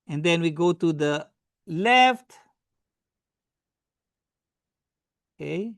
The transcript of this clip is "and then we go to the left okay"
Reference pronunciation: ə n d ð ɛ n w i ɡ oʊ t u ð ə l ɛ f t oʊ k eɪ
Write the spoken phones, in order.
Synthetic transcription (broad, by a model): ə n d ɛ n w i ɡ oʊ t u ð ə l ɛ f t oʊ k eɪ